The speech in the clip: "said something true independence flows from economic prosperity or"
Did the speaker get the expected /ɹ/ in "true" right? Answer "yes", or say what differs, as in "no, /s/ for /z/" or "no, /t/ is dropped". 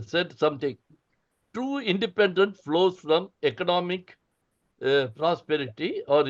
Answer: no, /ɹ/ is dropped